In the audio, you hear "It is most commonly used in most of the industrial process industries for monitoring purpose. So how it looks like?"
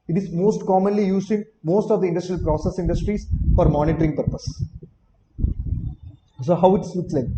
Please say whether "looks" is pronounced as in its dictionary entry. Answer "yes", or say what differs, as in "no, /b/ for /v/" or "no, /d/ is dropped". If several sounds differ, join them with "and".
no, /k/ is dropped